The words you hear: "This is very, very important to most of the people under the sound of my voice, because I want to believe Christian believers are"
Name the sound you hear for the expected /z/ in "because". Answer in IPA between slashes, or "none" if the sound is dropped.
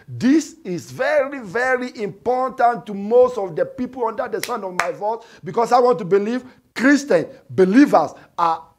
/s/